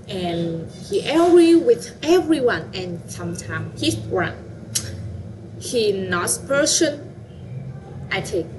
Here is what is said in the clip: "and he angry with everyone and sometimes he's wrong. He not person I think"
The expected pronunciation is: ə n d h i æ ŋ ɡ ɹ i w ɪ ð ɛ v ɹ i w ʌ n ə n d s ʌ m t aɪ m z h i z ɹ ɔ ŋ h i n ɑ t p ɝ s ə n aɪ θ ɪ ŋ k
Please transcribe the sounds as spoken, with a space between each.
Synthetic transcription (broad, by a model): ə n h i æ ɡ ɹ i w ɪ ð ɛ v ɹ i w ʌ n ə n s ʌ m t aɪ m h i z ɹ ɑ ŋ h i n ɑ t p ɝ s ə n aɪ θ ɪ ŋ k